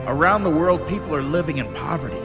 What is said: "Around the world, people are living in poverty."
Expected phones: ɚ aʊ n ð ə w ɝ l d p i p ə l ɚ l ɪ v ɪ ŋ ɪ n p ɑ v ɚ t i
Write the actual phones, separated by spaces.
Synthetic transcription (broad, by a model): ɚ aʊ n ð ə w ɝ l d p i p l ɚ l ɪ v ɪ ŋ ɪ n p ɑ v ɚ t i